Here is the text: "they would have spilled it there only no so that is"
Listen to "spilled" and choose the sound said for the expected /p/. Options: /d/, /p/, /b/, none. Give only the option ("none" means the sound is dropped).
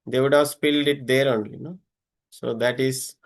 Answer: /p/